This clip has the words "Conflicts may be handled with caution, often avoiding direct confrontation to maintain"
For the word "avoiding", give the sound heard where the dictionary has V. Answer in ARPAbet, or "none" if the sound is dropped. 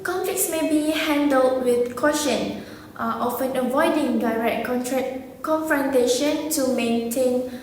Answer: V